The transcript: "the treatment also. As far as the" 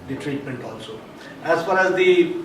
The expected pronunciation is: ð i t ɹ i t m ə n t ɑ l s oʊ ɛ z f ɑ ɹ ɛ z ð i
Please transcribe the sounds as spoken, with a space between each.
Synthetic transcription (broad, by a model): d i t ɹ i t m ə n t ɑ l s oʊ ɛ z f ɑ ɹ ɛ z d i